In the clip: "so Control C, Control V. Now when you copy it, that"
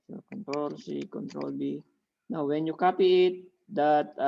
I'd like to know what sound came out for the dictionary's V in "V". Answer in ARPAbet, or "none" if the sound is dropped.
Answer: B